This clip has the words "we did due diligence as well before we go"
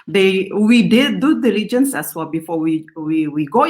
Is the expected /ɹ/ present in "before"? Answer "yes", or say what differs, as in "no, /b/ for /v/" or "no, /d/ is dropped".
no, /w/ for /ɹ/